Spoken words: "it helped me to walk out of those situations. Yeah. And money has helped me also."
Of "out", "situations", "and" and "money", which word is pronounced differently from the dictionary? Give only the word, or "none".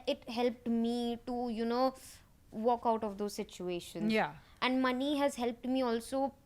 situations